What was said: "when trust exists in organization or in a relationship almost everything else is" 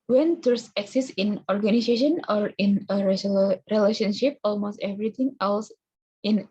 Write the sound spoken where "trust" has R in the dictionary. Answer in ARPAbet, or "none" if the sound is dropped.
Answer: none